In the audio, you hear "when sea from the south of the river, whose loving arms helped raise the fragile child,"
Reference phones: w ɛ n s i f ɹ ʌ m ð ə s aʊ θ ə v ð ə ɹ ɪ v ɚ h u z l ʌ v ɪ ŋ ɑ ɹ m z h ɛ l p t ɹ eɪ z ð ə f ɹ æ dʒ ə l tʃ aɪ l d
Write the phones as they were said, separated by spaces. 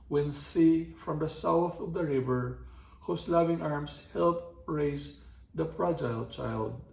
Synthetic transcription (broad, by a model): w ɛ n s i f ɹ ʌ m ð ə s aʊ θ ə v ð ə ɹ ɪ v ɚ h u s l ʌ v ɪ ŋ ɑ ɹ m s h ɛ l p ɹ eɪ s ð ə p ɹ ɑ dʒ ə l tʃ aɪ l d